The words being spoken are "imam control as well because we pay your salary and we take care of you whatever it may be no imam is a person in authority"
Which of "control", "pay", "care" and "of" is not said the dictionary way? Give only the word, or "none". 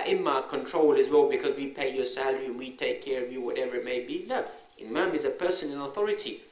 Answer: none